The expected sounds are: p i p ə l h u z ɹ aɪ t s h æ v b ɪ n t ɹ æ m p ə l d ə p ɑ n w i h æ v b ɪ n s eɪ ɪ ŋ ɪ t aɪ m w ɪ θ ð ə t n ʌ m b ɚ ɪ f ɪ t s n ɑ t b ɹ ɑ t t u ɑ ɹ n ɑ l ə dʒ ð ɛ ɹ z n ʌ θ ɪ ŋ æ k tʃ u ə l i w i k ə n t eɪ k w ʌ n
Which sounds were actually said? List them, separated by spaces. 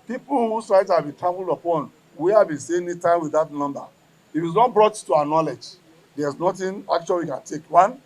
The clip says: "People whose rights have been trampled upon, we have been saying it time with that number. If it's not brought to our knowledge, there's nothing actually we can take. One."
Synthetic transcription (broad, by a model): p i p l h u s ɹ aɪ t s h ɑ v b ɪ n t ɹ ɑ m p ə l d ə p ɑ n w i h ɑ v b ɪ n s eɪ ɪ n ɪ t aɪ m w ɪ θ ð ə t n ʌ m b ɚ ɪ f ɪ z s n ɑ t b ɹ ɑ t t u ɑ n ɑ l ə dʒ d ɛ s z n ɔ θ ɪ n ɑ k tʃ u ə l w i k ə n t eɪ k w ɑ n